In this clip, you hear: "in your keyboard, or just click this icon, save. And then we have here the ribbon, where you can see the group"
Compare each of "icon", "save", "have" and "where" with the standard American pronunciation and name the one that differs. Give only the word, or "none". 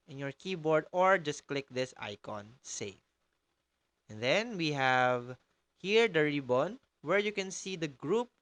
save